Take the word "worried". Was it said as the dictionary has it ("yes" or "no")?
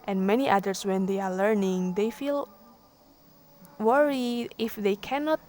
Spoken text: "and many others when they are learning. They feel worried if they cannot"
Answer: no